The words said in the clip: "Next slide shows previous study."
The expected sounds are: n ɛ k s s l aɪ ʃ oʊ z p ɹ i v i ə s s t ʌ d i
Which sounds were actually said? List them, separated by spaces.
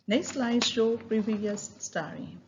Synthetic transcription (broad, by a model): n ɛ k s s l aɪ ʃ oʊ p ɹ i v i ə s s t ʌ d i